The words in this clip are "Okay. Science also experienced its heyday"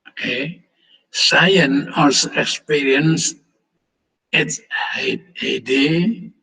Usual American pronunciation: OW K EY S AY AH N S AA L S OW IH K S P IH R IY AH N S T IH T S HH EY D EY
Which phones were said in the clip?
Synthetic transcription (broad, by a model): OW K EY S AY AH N AA S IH K S P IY R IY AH N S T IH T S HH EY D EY